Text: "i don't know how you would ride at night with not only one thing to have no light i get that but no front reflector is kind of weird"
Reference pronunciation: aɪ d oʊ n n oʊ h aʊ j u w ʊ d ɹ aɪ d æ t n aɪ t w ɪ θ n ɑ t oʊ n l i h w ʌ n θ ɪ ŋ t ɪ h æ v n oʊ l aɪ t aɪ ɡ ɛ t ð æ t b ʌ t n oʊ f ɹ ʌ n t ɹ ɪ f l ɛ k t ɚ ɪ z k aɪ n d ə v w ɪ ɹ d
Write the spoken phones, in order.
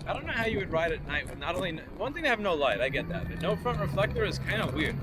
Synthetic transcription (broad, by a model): aɪ d oʊ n n oʊ h aʊ j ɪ w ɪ d ɹ aɪ d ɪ t n aɪ t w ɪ n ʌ t oʊ n l i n w ʌ n θ ɪ ŋ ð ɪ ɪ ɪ v n oʊ l aɪ t aɪ ɡ ɛ t ð æ t b ʌ t n oʊ f ɹ ʌ n t ɹ ɪ f l ɛ k t ɚ ɪ z k aɪ n d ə w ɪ ɹ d